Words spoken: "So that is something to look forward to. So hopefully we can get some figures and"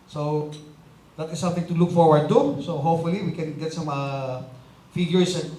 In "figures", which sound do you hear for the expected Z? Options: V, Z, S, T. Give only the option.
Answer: S